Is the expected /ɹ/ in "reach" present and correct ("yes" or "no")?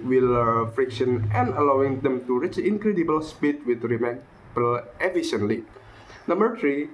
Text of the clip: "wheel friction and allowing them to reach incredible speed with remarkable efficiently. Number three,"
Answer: yes